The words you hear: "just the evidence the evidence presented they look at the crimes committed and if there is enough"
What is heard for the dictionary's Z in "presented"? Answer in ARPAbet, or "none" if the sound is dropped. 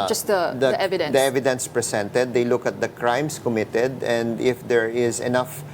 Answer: S